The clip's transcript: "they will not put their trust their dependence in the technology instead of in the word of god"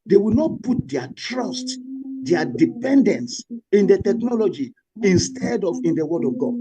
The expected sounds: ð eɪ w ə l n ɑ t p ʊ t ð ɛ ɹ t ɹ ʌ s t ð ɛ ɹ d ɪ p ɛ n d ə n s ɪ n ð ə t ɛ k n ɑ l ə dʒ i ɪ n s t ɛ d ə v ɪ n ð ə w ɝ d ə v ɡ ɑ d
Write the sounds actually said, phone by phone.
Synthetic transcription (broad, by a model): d eɪ w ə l n ɑ t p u t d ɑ t ɹ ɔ s t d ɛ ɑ d ɪ p ɛ n d ə n s ɪ n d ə t ɛ k n ɑ l ə dʒ i ɪ n s t ɛ d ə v ɪ n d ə w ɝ d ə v ɡ ɑ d